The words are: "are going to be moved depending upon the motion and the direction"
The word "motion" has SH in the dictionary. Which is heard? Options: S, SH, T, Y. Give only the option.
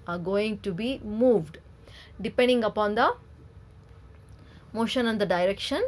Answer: SH